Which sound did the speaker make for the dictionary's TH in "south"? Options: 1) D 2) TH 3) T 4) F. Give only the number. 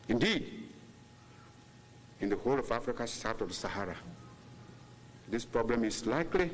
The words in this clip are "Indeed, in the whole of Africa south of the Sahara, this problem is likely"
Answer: 3